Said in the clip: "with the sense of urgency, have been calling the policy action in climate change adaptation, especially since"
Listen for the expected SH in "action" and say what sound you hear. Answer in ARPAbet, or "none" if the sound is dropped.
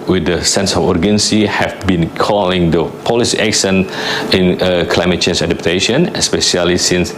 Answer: S